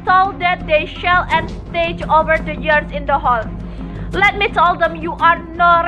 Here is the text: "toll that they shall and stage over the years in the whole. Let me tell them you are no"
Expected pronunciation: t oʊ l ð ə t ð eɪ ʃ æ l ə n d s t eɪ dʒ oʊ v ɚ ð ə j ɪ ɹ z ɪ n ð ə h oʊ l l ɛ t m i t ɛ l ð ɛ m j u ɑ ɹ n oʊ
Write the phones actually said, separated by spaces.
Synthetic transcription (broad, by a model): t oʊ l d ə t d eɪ ʃ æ l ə n s t eɪ dʒ oʊ v ɚ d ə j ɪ ɹ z ɪ n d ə h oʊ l l ɛ t m i t ɛ l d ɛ m j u ɑ ɹ n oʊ